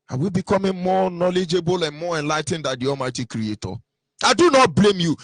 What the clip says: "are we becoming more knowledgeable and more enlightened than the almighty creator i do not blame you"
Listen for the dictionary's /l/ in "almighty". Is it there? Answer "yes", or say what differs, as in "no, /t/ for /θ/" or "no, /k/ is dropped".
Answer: no, /l/ is dropped